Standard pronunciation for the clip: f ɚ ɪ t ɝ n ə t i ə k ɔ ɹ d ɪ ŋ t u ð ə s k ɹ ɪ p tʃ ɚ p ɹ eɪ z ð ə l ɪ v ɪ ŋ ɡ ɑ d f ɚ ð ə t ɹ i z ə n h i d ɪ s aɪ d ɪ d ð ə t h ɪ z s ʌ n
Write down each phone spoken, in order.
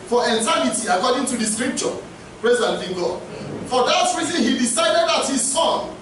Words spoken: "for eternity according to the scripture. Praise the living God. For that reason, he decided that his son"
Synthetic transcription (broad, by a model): f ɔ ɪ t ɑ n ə t i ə k ɔ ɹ d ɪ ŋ t u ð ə s k ɹ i p tʃ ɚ p ɹ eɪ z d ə n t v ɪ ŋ ɡ ɑ d f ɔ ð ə t ɹ i z ə n h i d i s aɪ d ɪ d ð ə t h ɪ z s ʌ n